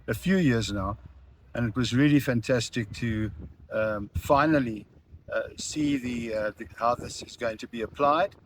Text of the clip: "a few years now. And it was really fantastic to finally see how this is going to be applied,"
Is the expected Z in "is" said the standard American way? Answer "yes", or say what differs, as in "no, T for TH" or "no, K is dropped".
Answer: yes